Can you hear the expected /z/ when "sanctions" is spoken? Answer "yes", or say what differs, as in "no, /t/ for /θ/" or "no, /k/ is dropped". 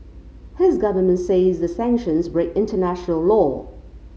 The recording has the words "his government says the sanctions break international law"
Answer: yes